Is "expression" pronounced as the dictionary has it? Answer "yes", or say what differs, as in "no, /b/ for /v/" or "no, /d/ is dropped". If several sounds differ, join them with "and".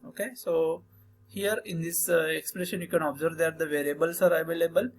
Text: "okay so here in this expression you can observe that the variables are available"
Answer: yes